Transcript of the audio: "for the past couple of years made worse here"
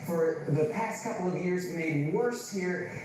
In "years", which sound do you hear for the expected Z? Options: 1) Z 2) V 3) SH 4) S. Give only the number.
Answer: 1